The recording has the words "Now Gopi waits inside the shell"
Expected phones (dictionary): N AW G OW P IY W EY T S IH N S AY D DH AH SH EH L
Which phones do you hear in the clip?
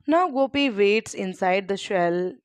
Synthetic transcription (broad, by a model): N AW G OW P IY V EY T S IH N S AY D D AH SH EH L